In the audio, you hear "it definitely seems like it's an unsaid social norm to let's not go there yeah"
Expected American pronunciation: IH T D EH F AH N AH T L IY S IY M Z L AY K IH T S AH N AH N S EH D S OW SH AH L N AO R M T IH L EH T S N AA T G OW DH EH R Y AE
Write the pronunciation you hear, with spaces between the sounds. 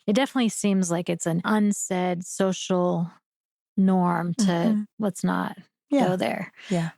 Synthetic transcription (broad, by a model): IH T D EH F AH N AH T L IY S IY M Z L AY K IH T S AH N AH N S EH D S OW SH L N AO R M T IH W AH T S N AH T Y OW DH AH R Y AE